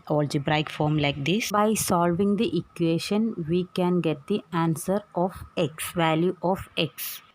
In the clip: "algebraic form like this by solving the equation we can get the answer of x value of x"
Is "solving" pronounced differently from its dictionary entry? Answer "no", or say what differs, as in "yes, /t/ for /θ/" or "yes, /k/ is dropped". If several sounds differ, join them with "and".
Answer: no